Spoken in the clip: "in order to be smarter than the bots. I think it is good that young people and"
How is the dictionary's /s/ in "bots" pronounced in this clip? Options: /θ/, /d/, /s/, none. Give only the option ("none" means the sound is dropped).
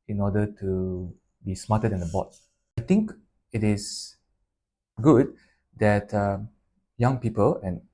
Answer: none